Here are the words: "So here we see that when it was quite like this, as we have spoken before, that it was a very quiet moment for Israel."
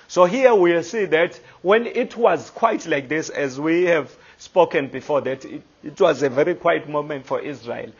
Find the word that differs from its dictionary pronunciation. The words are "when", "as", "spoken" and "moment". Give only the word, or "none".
none